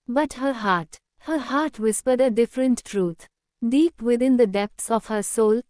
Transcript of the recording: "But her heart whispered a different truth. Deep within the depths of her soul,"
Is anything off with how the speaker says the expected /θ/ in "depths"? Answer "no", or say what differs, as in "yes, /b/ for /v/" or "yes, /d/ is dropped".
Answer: yes, /t/ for /θ/